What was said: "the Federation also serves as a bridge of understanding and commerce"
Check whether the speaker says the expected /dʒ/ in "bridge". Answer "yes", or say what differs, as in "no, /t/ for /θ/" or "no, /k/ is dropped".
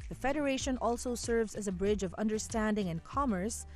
yes